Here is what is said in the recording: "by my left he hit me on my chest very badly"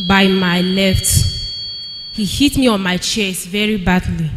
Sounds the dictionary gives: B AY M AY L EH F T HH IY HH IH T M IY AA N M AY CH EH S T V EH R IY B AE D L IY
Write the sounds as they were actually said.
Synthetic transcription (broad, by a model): B AY M AY N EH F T HH IY HH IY T M IY AA N M AY CH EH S V EH R IY B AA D L IY